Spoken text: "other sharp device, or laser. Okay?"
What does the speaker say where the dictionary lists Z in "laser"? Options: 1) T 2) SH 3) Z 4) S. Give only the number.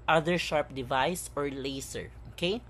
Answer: 4